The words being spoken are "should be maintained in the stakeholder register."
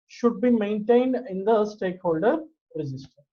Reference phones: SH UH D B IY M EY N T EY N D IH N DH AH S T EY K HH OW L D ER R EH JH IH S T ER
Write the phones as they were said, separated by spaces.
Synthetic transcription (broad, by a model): SH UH D B IY M EY N T EY N D IH N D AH S T EY K HH OW L D ER R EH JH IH S T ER